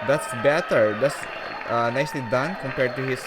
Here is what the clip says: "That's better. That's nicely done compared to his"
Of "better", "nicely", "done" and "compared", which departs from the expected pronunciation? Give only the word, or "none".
none